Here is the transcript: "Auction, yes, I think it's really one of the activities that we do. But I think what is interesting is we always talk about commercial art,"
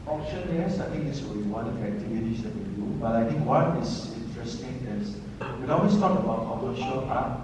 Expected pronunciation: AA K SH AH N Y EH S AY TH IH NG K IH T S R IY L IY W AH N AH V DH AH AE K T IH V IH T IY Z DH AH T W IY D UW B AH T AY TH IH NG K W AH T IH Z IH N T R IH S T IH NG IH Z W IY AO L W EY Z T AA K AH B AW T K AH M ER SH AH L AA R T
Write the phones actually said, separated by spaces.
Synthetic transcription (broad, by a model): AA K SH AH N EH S AY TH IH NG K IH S W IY IY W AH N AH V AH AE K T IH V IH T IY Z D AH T W IY D UW B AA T AY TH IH NG K W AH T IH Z IH N T R IH S T IH NG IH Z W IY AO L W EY S T AA K AH B AW T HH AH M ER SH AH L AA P